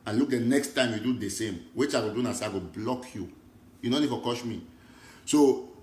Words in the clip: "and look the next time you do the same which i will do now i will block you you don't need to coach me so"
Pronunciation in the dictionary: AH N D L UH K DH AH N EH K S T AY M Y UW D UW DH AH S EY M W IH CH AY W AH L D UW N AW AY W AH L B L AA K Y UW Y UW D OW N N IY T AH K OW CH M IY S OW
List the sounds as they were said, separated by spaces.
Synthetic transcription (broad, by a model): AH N L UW K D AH N EH K S T AY M Y UW D UW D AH S EY M W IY CH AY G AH D UW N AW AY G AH B L AA K Y UW Y UW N OW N N IY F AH K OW SH M IY S OW